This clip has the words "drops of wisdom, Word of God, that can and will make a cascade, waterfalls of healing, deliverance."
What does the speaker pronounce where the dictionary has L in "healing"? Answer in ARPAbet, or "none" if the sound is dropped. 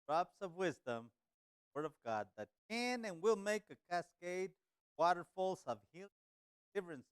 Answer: none